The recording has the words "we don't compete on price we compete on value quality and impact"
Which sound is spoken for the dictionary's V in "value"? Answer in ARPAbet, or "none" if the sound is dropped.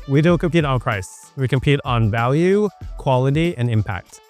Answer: V